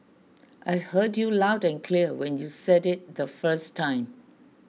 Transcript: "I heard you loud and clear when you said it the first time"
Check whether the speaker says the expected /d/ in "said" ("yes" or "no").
yes